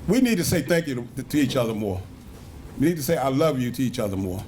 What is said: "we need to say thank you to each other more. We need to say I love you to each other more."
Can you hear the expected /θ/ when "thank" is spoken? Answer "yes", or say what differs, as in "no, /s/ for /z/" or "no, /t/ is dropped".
yes